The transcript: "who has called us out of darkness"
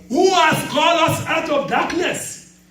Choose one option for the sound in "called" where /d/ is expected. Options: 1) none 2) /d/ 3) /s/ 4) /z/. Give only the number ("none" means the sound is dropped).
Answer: 1